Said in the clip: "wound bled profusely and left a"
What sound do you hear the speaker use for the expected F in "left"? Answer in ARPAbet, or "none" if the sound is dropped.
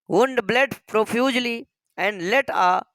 none